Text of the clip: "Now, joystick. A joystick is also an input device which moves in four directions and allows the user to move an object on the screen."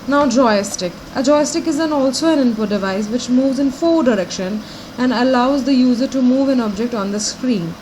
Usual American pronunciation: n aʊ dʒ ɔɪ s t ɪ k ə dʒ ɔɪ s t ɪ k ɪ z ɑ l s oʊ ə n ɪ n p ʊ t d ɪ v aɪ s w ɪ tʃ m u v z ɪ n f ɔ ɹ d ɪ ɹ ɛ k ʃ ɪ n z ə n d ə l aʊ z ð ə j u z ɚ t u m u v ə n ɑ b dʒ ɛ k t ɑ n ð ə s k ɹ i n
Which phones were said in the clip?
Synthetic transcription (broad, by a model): n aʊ dʒ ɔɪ s t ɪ k ə dʒ ɔɪ s t ɪ k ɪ z ɑ l s oʊ ə n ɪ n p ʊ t d ɪ v aɪ s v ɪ tʃ m u v z ɪ n f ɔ d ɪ ɹ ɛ k ʃ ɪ n ə n d ə l aʊ z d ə j u z ɚ t u m u v ə n ɑ b dʒ ɛ k t ɑ n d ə s k ɹ i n